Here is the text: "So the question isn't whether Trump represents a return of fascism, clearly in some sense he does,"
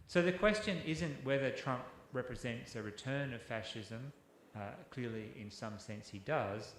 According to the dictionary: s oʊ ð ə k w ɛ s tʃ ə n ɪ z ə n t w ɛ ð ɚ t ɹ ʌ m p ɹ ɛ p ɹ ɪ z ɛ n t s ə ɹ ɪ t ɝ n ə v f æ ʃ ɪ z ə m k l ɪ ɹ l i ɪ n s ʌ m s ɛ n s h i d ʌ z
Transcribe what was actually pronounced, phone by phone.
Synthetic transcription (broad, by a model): s oʊ ð ə k w ɛ s tʃ ə n ɪ z ə n t w ɛ ð ɚ t ɹ ʌ m p ɹ ɛ p ɹ ɪ z ɛ n t s ə ɹ ɪ t ɝ n ə v f æ ʃ ɪ z ə m k l ɪ ɹ l i ɪ n s ʌ m s ɛ n s h i d ʌ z